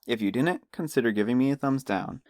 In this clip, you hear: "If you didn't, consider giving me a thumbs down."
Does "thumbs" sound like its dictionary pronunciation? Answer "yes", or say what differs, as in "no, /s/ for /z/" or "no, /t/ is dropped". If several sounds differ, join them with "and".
yes